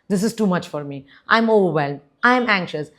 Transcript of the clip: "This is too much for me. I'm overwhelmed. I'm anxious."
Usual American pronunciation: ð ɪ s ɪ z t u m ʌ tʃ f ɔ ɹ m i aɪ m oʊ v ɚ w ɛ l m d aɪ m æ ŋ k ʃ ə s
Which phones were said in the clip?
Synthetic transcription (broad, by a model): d ɪ s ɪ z t u m ʌ tʃ f ɔ ɹ m i aɪ m oʊ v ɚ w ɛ l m aɪ m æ ŋ k ʃ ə s